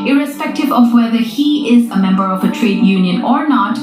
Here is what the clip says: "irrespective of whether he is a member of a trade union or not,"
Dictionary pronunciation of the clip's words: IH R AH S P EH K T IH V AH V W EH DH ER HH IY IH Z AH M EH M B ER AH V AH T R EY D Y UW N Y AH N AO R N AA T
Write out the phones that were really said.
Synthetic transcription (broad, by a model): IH R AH S P EH K T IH V AH V W EH DH ER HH IY IH Z AH M EH M B ER AH V AH T R EY D Y UW N Y AH N AO R N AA T